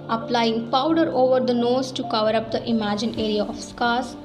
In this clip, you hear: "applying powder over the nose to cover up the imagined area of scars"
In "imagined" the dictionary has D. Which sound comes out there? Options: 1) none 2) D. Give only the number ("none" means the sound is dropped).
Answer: 1